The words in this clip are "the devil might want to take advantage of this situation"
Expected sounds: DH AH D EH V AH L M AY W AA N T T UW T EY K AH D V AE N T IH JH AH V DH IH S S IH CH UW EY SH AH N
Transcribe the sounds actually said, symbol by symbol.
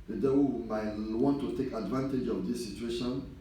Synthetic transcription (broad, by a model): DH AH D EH W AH M AY W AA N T T UW T EY K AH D V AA N T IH JH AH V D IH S S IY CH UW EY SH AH N